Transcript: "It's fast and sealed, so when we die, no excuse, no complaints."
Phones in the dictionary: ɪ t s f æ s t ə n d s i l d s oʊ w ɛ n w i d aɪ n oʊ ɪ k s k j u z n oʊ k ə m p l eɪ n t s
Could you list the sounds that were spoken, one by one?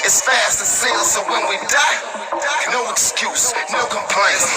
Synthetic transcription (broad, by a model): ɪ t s f æ s t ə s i l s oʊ w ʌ n w i d aɪ n oʊ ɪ k s k j u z n oʊ k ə m p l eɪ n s